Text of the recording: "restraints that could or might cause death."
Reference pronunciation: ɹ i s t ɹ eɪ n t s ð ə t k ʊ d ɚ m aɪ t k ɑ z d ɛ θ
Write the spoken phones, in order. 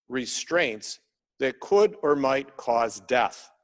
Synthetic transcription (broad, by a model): ɹ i s t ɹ eɪ n t s ð ə t k ʊ d ɚ m aɪ t k ɑ z d ɛ θ